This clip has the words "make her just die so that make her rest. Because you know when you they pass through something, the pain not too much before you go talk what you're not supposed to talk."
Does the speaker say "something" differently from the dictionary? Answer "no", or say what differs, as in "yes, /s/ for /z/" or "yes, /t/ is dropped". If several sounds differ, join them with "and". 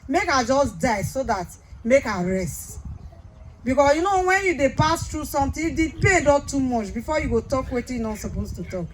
yes, /t/ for /θ/